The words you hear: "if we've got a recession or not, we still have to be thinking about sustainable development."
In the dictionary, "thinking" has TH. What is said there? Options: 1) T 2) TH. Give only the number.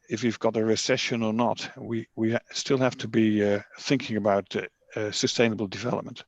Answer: 2